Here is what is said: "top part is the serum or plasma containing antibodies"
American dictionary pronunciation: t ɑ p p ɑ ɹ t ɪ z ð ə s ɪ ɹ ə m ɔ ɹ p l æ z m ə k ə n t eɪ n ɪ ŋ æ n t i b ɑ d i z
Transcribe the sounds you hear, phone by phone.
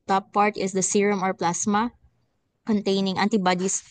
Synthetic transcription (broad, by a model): t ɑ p p ɑ ɹ t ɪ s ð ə s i ɹ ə m ɔ ɹ p l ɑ s m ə k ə n t eɪ n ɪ ŋ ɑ n t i b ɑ d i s